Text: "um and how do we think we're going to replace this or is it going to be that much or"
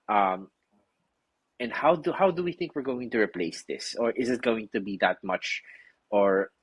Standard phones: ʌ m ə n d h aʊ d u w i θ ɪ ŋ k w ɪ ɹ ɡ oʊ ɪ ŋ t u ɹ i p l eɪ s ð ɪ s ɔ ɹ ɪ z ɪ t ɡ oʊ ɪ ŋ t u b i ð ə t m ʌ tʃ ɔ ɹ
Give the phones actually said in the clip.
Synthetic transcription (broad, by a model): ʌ m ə n d h aʊ d u w i θ ɪ ŋ k w ɪ ɹ ɡ oʊ ɪ ŋ t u ɹ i p l eɪ s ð ɪ s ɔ ɹ ɪ z ɪ t ɡ oʊ ɪ ŋ t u b i ð ə t m ʌ tʃ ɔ ɹ